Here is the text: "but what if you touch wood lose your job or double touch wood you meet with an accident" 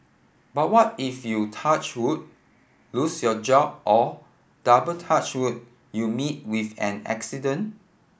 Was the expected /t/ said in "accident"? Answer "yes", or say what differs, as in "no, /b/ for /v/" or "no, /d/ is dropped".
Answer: no, /t/ is dropped